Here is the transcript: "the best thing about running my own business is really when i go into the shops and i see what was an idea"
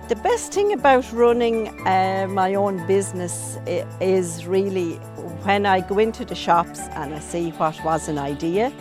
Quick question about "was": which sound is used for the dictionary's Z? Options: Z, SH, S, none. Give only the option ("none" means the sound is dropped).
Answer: Z